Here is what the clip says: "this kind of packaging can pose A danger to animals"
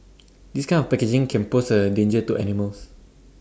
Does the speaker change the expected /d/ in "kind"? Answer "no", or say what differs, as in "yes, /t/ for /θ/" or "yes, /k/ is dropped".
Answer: yes, /d/ is dropped